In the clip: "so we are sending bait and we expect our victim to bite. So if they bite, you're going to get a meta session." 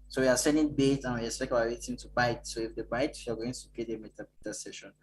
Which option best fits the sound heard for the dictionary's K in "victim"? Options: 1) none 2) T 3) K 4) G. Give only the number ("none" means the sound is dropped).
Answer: 1